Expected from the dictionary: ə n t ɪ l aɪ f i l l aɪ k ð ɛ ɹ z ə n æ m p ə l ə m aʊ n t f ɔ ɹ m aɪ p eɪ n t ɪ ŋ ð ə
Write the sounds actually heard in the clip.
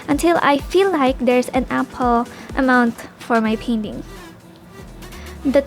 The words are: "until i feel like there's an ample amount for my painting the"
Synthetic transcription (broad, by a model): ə n t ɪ l aɪ f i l l aɪ k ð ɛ ɹ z ə n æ p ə l ə m aʊ n t f ɔ ɹ m aɪ p eɪ n t ɪ ŋ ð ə